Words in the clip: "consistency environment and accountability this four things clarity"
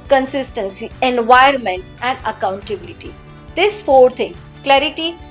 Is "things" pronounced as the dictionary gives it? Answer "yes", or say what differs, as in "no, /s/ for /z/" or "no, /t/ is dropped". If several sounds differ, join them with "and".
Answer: no, /t/ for /θ/ and /z/ is dropped